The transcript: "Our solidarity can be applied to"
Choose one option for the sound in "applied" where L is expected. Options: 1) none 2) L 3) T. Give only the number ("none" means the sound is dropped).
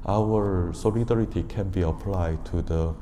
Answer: 2